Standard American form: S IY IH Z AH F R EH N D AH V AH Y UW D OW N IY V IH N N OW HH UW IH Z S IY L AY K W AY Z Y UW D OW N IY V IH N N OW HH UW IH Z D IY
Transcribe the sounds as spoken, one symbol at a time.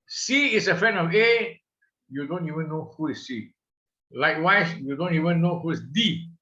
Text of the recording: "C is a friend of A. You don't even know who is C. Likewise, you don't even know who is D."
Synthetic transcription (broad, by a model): S IY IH S AH F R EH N AH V AH Y UW D OW N IY V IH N N OW HH UW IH S IY L AY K W AY S Y UW D OW N IY V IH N N OW HH UW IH S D IY